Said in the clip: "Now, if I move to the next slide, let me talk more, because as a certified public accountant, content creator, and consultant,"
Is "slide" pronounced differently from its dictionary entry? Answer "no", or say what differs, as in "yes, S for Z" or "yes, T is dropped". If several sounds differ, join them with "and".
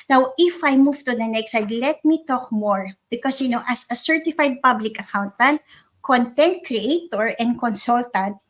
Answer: yes, L is dropped